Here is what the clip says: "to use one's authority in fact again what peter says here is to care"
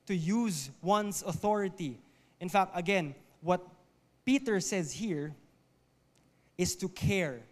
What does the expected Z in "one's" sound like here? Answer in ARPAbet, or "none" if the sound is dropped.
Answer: S